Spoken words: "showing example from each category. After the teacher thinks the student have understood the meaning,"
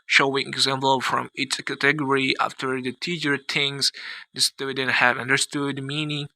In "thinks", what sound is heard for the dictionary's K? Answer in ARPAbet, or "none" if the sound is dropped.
none